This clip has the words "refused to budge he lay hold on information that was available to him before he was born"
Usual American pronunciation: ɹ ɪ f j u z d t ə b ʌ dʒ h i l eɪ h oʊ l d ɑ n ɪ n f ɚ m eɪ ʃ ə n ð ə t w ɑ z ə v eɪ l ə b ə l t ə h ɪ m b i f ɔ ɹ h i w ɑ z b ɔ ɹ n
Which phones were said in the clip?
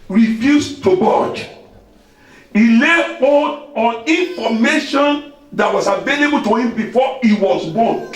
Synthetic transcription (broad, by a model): ɹ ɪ f j u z t ə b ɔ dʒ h i l eɪ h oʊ d ɑ n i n f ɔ m eɪ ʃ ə n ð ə t w ɑ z ə v eɪ l ə b ə l t ə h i m b i f ɔ i w ɑ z b ɔ n